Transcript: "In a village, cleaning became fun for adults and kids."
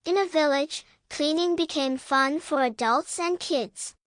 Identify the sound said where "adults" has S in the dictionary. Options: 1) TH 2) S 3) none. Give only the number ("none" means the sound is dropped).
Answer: 2